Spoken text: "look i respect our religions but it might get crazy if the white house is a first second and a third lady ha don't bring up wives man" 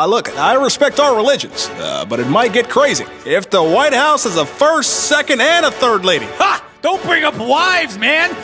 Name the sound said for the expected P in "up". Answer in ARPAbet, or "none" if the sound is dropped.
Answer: P